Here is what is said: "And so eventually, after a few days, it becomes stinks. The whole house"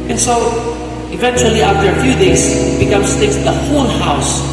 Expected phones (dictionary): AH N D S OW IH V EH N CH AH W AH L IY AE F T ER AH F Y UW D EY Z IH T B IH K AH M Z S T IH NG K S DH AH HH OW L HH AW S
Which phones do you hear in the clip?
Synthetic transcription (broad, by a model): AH N S OW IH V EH N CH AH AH L IY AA F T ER AH F Y UW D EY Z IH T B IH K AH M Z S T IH K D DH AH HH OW N HH AW S